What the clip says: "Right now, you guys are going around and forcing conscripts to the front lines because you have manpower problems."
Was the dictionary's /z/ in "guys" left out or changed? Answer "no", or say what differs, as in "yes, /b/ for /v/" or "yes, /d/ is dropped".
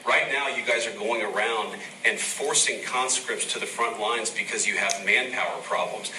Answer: no